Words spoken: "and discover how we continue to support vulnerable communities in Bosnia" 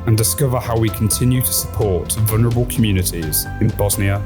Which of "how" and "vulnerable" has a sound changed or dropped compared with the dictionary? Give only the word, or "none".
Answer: none